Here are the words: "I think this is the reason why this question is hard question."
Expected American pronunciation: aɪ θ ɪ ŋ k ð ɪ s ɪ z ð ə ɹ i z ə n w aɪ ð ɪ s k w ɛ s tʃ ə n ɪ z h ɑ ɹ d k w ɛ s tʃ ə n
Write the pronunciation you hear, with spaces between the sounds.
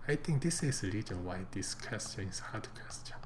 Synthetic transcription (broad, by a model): aɪ t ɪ ŋ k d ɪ s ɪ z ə ɹ i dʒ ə n w aɪ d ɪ s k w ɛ s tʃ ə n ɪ s h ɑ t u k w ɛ s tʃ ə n